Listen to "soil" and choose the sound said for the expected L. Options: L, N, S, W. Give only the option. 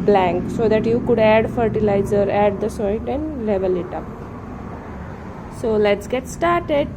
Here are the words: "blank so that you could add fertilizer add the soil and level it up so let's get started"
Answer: N